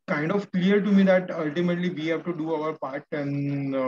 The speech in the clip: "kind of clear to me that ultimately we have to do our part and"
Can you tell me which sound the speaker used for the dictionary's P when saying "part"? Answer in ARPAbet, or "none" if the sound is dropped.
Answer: P